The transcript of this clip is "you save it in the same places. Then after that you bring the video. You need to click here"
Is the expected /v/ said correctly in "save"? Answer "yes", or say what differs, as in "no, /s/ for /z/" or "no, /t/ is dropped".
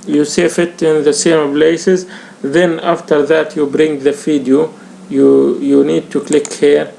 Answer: no, /f/ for /v/